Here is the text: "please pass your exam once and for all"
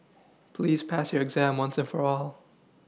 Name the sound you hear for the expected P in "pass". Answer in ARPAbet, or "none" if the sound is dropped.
P